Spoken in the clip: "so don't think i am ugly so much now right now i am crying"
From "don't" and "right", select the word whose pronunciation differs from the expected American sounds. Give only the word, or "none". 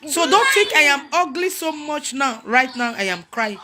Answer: none